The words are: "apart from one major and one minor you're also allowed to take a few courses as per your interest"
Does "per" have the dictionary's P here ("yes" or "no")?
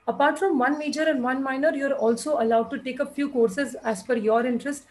no